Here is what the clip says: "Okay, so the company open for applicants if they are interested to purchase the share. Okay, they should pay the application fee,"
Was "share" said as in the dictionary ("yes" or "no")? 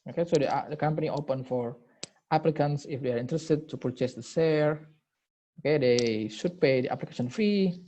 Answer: no